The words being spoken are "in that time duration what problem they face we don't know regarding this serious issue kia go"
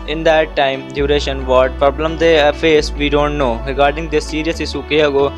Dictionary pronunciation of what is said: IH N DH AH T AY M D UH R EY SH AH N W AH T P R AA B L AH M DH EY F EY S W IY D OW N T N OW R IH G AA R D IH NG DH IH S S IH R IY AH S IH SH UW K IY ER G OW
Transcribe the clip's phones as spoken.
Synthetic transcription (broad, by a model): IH N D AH T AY M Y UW R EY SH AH N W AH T P R AA B L AH M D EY F EY S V IY D OW N T N OW R IH G AA R D IH NG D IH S S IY R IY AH S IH S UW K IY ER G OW